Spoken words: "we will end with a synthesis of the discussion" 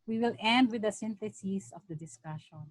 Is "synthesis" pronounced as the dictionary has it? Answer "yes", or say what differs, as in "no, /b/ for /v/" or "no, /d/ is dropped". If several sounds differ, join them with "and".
no, /t/ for /θ/